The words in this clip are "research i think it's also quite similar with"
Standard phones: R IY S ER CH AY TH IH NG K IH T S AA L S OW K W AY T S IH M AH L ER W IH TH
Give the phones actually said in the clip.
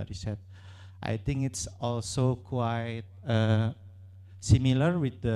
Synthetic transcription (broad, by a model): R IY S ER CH AY T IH NG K IH T S AA L S OW K W AY T S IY M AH L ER W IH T